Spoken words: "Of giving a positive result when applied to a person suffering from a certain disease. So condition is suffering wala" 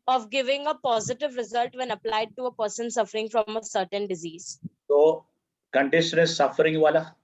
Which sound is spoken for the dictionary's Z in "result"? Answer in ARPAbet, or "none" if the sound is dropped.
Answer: Z